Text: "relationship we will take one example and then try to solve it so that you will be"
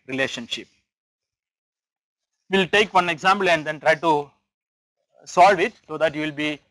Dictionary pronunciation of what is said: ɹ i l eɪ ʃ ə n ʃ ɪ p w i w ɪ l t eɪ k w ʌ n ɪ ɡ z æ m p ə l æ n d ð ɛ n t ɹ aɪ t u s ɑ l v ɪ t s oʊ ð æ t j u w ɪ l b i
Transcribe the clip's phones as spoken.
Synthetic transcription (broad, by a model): ɹ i l eɪ ʃ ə n ʃ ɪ p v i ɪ l t eɪ k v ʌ n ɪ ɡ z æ m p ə l æ n d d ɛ n t ɹ aɪ t u s ɑ l v ɪ t s oʊ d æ t j u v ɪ l b i